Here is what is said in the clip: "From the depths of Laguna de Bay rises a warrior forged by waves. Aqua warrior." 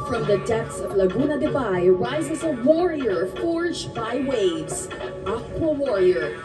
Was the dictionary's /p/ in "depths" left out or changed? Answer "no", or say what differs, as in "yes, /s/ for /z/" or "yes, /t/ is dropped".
yes, /p/ is dropped